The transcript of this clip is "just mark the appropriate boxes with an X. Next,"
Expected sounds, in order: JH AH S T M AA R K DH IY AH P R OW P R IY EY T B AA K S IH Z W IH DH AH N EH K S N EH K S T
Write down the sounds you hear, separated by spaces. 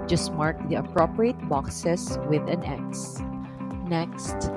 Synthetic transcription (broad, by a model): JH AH S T M AA R K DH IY AH P R OW P R IY EY T B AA K S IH S W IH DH AH N EH K S N EH K S T